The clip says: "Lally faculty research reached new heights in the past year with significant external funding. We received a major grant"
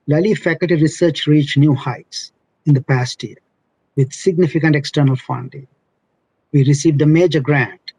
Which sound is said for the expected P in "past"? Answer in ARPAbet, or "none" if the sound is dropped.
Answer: P